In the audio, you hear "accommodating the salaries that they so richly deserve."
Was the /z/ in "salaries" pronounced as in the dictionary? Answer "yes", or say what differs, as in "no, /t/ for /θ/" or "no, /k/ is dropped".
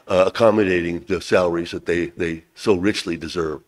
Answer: yes